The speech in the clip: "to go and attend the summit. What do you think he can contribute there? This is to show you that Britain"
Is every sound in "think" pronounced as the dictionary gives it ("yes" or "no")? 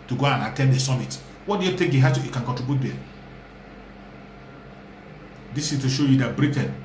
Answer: no